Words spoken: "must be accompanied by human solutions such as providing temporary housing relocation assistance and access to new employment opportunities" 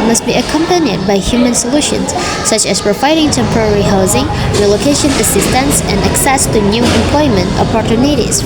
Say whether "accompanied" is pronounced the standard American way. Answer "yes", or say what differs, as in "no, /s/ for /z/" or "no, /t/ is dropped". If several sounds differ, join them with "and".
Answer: yes